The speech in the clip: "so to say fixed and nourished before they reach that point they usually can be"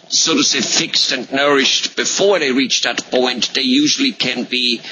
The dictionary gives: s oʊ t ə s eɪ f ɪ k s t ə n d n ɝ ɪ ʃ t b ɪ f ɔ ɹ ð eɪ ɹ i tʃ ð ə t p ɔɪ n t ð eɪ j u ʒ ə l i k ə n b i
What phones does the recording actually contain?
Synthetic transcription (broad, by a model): s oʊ t ə s eɪ f ɪ k s t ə n n ɝ ɪ ʃ t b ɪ f ɔ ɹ ð eɪ ɹ i tʃ ð ə t p ɔɪ n t ð eɪ j u ʒ ə l i k ə n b i